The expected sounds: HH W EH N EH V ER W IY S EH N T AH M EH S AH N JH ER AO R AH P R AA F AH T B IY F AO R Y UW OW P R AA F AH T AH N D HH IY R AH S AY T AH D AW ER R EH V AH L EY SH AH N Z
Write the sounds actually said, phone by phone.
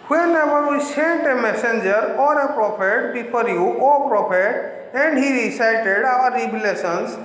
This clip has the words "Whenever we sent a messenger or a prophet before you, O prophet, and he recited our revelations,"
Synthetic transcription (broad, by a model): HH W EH N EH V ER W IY S EH N T AH M EH S AH N JH ER AO R AH P R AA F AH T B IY P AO R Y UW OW P R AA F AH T AH N D HH IY R AH S AY T AH D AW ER R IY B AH L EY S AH N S